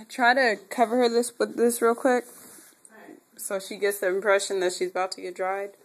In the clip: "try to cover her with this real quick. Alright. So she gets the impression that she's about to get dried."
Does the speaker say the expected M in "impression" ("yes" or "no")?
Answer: yes